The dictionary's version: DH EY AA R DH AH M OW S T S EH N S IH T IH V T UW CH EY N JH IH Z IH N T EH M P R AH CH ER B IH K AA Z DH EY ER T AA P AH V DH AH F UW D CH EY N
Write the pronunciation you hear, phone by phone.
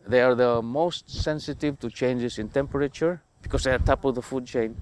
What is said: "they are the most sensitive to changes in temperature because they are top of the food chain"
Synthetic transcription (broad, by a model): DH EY AA R DH AH M OW S T S EH N S IH T IH V T UW CH EY N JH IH S IH N T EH M P R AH CH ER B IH K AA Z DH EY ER T AA P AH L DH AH F UW D CH EY N